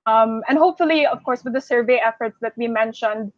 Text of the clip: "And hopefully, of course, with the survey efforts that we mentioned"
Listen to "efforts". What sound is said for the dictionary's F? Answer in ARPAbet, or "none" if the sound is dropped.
F